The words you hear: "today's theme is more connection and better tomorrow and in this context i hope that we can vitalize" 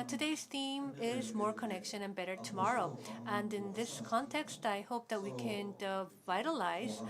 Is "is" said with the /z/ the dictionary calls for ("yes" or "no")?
yes